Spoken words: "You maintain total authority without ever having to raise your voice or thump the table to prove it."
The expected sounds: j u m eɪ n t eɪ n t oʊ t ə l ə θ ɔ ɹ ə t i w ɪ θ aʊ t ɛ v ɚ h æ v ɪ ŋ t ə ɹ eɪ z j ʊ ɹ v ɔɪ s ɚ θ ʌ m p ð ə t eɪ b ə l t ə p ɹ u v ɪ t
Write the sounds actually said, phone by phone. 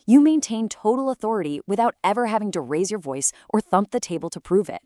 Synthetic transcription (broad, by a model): j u m eɪ n t eɪ n t oʊ t l ə θ ɔ ɹ ə t i w ɪ θ aʊ t ɛ v ɚ h æ v ɪ ŋ t ə ɹ eɪ z j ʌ ɹ v ɔɪ s ɚ θ ʌ m p ð ə t eɪ b ə l t ə p ɹ u v ɪ t